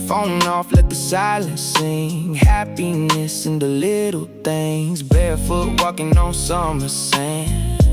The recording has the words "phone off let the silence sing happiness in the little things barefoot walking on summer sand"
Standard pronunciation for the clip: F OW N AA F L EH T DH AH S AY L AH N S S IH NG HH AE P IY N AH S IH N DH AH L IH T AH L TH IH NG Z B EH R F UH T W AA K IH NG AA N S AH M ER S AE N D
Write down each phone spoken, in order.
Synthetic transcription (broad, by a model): F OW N AA F L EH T DH AH S AY L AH N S S IH NG HH AE P IY N AH S IH N DH AH L IH T L TH IH NG Z B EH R F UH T W AA K IH NG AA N S AH M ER S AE N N